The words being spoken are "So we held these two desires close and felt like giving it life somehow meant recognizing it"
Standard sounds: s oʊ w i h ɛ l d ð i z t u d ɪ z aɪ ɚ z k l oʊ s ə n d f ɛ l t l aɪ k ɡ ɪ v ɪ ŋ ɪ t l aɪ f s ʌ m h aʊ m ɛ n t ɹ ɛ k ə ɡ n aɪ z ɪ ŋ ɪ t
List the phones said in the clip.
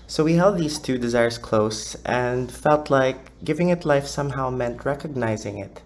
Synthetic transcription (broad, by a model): s oʊ w i h ɛ l d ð i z t u d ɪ z aɪ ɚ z k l oʊ s ə n d f ɛ l t l aɪ k ɡ ɪ v ɪ ŋ ɪ t l aɪ f s ʌ m h aʊ m ɛ n t ɹ ɛ k ə ɡ n aɪ z ɪ ŋ ɪ t